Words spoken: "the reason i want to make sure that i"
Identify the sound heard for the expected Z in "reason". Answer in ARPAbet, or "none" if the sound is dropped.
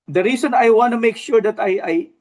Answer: S